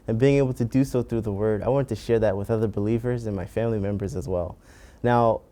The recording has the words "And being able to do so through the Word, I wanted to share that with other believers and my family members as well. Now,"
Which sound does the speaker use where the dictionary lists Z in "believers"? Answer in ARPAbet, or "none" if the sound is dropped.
Z